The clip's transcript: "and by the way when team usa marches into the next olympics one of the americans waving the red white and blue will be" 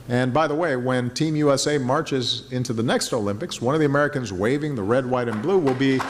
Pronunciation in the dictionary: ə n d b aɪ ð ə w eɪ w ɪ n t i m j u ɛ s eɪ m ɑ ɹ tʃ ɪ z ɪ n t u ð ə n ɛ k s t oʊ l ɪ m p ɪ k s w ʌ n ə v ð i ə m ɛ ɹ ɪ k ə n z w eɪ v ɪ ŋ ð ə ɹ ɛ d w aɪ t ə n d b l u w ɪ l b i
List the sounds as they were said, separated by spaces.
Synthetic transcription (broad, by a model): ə n b aɪ ð ə w eɪ w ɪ n t i m j u ɛ s eɪ m ɑ ɹ tʃ ɪ z ɪ n t u ð ə n ɛ k s t oʊ l ɪ m p ɪ k s w ʌ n ə v ð i ə m ɛ ɹ ɪ k ə n z w eɪ v ɪ ŋ ð ə ɹ ɛ d w aɪ t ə n b l u w ɪ l b i